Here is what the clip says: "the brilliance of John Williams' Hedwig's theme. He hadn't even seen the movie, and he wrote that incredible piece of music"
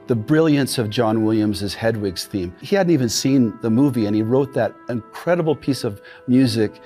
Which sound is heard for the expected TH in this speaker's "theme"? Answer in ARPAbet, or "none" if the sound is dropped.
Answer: TH